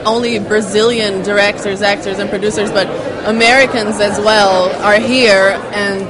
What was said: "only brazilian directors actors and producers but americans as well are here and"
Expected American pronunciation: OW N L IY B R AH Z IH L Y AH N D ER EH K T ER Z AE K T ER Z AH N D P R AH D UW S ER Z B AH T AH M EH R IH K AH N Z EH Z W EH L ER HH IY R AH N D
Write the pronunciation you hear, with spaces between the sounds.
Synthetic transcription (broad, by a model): OW N L IY B R AH Z IH L Y AH N D ER EH K T ER Z AE K T ER Z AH N P R AH D UW S ER Z B AH T AH M EH R IH K AH N Z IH Z W EH L ER HH IY R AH N